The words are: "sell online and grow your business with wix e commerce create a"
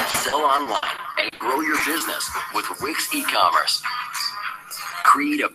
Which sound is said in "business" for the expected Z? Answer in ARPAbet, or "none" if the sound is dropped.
Z